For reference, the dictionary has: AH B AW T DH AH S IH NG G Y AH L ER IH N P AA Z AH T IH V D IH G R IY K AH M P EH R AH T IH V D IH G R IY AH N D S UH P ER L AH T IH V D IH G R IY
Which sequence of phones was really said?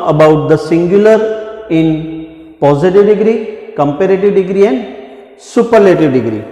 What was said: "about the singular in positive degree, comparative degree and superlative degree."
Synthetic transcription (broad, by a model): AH B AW T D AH S IH NG G Y AH L ER IH N P AA Z AH T IH V D IH G R IY K AH M P EH R AH T IH V D IH G R IY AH N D S UH P ER L AH T IH V D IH G R IY